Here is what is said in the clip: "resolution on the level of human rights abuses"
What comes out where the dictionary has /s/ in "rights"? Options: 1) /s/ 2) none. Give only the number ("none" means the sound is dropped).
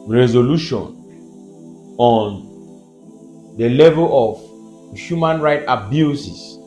2